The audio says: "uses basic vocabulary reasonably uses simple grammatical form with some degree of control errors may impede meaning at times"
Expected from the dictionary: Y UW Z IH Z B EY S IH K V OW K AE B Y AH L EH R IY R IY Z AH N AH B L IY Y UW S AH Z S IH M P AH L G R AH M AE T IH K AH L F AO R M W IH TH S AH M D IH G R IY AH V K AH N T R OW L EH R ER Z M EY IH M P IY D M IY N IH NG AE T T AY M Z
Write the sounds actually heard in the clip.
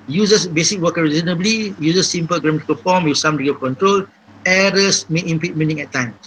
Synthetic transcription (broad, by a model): Y UW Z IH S B EY S IH K W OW K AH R R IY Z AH N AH B L IY Y UW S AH S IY M P AH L G R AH M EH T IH K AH L F AO M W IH S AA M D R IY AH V K AH N T R OW L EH R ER S M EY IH M P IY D M IY N IH NG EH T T AY M